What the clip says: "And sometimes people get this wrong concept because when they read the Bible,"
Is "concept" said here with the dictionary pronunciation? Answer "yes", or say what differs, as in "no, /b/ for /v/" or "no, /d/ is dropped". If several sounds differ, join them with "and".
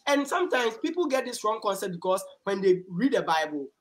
no, /p/ is dropped